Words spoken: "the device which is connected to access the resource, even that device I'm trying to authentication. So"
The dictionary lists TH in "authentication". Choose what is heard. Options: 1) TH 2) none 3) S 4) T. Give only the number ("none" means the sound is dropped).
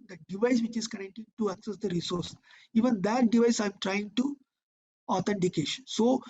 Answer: 4